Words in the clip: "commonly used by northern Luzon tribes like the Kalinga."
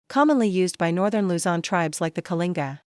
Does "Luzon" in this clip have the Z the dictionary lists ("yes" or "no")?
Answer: yes